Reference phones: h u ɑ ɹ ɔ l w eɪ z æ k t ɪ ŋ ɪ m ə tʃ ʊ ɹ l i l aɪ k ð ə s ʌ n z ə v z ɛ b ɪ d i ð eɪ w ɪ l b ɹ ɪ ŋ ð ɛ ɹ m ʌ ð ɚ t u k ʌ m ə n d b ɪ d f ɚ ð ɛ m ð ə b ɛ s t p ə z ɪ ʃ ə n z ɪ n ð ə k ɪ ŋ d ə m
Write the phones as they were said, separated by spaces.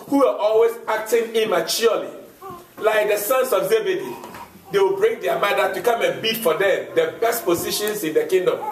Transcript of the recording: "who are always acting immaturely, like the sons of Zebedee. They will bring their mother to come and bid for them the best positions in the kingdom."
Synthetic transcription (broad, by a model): h u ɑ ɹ ɔ l w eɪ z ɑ k t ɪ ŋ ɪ m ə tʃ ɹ l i l aɪ k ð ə s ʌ n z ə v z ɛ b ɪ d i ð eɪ w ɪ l b ɹ ɪ ŋ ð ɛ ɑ m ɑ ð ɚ t u k ʌ m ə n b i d f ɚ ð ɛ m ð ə b ɛ s t p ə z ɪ ʃ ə n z ɪ n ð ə k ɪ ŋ d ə m